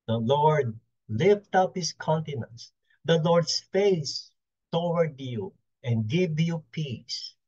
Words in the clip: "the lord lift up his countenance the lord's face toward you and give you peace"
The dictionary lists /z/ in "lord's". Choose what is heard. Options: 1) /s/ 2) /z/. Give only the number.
1